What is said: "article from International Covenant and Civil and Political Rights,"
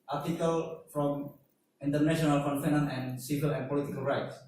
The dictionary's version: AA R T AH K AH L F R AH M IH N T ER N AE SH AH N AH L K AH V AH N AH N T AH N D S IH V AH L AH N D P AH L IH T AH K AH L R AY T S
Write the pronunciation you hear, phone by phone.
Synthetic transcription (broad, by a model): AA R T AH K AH L F R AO M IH N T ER N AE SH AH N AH L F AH F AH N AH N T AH N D S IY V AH L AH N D P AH L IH T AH K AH L R AY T S